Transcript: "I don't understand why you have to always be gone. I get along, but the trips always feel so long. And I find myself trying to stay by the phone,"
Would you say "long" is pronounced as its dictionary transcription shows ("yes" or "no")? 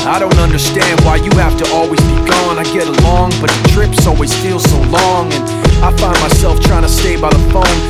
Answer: yes